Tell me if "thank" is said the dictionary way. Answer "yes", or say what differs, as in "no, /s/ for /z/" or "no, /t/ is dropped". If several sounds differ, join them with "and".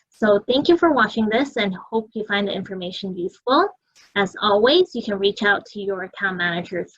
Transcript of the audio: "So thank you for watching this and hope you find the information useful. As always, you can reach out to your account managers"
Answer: yes